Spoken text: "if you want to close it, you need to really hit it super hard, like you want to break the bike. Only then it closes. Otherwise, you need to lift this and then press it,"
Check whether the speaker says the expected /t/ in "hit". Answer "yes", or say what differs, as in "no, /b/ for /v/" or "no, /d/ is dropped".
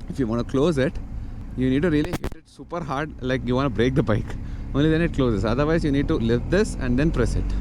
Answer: yes